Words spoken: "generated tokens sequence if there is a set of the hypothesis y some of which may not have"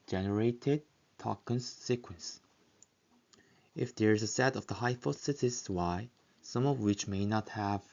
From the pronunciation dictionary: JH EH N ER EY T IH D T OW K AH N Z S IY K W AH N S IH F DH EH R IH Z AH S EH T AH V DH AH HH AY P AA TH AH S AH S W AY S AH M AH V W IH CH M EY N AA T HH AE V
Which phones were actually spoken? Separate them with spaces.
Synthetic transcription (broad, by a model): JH EH N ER EY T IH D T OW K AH N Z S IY K W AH N S IH F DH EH R IH Z AH S EH T AH V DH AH HH AY F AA S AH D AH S W AY S AH M AH V W IH CH M EY N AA T HH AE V